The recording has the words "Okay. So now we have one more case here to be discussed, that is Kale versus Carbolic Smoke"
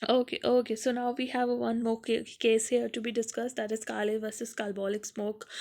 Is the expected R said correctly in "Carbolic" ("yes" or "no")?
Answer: no